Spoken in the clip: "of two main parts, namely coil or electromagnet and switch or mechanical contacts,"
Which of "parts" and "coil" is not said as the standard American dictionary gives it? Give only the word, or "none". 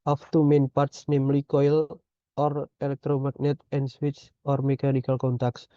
none